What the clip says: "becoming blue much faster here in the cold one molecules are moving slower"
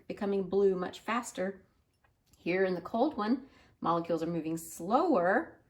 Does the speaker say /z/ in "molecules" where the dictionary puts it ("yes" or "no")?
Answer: yes